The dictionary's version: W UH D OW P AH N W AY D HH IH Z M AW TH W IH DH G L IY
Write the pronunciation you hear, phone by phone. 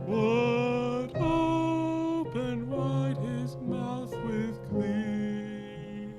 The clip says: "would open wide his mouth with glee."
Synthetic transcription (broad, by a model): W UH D OW P AH N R AY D HH IH Z M AW TH W IH DH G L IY